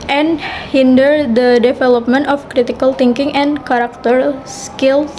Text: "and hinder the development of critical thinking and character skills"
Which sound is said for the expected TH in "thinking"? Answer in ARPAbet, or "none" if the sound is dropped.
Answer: T